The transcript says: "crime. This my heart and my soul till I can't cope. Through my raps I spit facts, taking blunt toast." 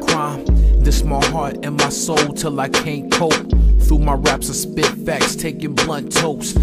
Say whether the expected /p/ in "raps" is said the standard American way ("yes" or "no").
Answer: yes